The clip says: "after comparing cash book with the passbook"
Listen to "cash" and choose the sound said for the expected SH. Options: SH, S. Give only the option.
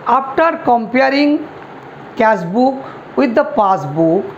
S